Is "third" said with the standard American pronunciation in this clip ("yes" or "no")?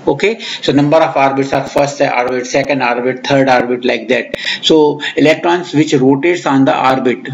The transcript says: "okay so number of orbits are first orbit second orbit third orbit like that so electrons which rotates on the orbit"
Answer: no